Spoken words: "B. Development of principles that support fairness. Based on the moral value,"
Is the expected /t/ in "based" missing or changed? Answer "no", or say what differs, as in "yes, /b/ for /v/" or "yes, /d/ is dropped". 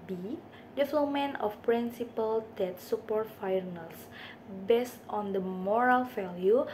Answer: no